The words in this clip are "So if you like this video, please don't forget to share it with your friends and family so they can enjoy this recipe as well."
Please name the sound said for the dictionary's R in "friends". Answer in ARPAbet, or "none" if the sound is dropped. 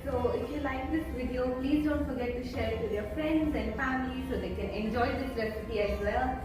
R